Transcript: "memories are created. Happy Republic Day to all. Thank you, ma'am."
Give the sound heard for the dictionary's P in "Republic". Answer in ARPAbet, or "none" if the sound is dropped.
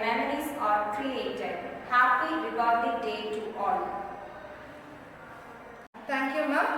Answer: B